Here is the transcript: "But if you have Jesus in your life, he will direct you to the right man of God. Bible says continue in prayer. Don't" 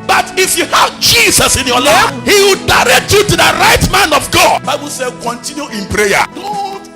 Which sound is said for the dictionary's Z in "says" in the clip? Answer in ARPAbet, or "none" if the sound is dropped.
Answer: none